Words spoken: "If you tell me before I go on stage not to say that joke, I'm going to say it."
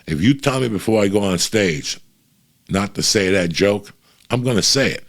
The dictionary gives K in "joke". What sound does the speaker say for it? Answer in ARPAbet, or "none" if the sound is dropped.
K